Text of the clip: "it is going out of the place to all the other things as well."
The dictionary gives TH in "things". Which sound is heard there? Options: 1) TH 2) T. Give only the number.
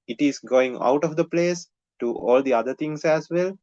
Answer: 2